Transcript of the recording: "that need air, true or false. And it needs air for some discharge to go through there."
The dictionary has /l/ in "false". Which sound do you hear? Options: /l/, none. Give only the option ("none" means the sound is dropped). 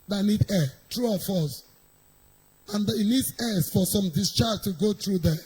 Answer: none